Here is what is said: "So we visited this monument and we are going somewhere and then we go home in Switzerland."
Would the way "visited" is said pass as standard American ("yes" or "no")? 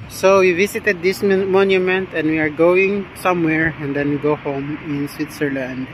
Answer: no